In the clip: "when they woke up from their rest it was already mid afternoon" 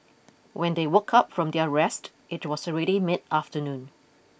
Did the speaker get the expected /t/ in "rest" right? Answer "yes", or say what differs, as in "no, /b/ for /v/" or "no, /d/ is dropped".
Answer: yes